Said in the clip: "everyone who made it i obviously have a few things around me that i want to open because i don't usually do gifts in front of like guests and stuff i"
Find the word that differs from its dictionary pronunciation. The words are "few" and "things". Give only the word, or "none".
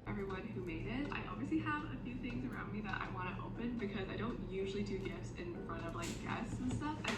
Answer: none